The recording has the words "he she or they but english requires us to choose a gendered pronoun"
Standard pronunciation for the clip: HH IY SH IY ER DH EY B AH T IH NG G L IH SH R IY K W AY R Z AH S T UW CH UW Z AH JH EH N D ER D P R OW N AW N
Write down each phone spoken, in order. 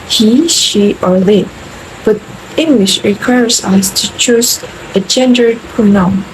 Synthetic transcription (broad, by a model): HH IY SH IY ER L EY B AH T IH NG G L IH SH R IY K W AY R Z AH S T UW CH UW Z AH JH EH N D ER D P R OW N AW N